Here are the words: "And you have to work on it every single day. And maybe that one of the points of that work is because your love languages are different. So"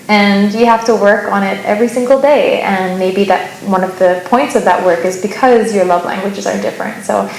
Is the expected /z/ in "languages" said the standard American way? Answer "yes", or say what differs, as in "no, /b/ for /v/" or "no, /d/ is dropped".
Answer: yes